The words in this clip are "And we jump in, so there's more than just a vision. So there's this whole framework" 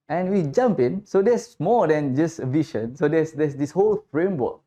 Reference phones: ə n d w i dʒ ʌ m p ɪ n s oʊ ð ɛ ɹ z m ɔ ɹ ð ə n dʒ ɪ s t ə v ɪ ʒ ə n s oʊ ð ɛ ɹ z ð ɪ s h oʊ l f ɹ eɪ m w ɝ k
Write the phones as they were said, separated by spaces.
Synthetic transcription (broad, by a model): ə n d w i dʒ ʌ m p ɪ n s oʊ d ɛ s m ɔ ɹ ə n dʒ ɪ s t ə v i ʃ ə n s oʊ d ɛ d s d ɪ s h oʊ l f ɹ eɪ m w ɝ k